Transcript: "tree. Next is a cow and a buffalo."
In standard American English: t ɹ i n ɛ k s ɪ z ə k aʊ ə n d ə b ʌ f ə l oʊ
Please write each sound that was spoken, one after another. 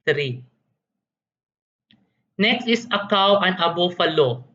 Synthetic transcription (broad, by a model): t ɹ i n ɛ k s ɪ s ə k aʊ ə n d ə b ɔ f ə l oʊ